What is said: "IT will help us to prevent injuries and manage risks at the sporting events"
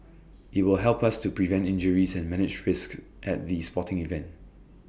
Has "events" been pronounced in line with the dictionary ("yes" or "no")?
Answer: no